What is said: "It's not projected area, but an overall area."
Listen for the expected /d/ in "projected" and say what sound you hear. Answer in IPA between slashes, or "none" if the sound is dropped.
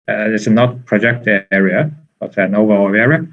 none